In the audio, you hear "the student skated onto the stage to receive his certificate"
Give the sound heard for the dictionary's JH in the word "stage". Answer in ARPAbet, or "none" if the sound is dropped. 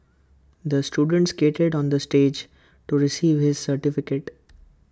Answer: JH